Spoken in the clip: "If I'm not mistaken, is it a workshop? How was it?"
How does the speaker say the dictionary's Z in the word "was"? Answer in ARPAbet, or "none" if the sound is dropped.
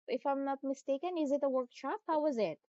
Z